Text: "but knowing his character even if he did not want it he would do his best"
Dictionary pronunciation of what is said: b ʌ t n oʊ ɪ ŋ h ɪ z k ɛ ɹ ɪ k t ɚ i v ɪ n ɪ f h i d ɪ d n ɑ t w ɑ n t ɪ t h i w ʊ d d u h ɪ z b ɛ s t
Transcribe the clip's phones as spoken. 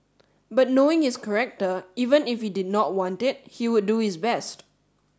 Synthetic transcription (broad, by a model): b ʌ t n oʊ ɪ ŋ h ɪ s k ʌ ɹ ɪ k t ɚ i v ɪ n ɪ f h i d ɪ d n ɑ t w ɑ n t ɪ t h i w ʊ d d u h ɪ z b ɛ s t